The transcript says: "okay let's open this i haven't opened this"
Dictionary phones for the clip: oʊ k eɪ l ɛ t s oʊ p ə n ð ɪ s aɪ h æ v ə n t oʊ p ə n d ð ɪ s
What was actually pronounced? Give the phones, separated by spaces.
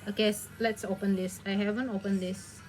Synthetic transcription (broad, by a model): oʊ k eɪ l ɛ t s oʊ p ə n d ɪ s aɪ h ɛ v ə n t oʊ p ə n d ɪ s